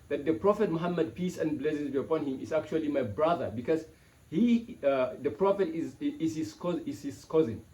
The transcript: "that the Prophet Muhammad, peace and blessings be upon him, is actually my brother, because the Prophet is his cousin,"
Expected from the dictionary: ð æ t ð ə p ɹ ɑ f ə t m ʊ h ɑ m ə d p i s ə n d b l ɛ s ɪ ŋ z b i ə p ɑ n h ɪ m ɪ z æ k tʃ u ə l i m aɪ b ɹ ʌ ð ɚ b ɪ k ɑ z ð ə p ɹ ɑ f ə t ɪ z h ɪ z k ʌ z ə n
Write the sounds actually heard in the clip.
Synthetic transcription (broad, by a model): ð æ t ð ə p ɹ ɑ f ə t m ʊ h ɑ m ə d p i s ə n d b l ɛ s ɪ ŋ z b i ə p ɑ n h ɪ m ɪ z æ k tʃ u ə l i m aɪ b ɹ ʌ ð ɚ b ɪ k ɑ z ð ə p ɹ ɑ f ə t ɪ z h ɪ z k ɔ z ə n